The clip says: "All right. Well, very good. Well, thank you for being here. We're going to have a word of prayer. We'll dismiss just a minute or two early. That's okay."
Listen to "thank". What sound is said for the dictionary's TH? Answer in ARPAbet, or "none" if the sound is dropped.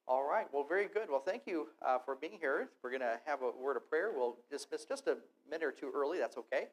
TH